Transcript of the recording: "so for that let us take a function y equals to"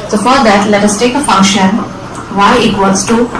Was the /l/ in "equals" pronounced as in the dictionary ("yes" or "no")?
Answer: no